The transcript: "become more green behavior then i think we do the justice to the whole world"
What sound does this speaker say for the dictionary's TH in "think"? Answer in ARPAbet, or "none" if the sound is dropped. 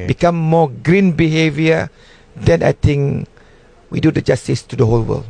T